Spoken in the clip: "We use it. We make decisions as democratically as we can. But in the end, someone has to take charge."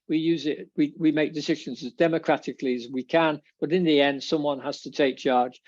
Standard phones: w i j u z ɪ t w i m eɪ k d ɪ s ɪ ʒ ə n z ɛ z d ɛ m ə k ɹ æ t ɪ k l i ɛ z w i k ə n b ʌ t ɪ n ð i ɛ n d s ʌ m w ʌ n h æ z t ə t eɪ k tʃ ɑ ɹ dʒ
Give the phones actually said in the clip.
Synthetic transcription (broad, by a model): w i j u z ɪ t w i m eɪ k d ɪ s ɪ ʒ ə n z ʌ z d ɛ m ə k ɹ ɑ t ɪ k l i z w i k ə n b ʌ t ɪ n ð i ɛ n d s ʌ m w ʌ n h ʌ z t ə t eɪ k tʃ ɑ ɹ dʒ